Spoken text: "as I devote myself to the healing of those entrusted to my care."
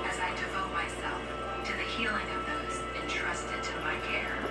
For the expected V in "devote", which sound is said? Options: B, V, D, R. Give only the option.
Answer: V